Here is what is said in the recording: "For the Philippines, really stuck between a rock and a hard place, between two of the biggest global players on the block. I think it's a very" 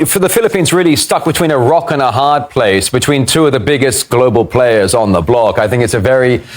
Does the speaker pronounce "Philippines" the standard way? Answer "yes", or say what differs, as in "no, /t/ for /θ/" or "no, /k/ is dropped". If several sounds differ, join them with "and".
yes